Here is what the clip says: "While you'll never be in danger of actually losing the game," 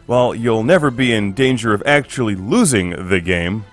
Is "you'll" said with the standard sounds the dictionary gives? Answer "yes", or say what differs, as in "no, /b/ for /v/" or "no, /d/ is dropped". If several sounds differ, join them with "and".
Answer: yes